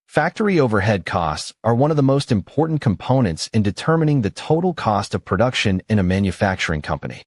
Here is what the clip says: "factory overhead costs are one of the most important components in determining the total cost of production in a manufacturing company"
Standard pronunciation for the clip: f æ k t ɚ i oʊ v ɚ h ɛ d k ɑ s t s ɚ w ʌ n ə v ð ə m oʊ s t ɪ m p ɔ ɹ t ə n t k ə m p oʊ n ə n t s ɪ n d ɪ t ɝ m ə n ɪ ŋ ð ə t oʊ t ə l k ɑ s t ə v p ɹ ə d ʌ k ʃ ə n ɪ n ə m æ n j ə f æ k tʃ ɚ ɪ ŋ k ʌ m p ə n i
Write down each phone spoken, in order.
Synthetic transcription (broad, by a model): f æ k t ɚ i oʊ v ɚ h ɛ d k ɑ s t s ɚ w ʌ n ə v ð ə m oʊ s t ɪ m p ɔ ɹ t n k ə m p oʊ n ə n t s ɪ n d ɪ t ɝ m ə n ɪ ŋ ð ə t oʊ t l k ɑ s t ə v p ɹ ə d ʌ k ʃ ə n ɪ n ə m æ n j ə f æ k tʃ ɚ ɪ ŋ k ʌ m p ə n i